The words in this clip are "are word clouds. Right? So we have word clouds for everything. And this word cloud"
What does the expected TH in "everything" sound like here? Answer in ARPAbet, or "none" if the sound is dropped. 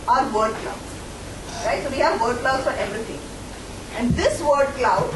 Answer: T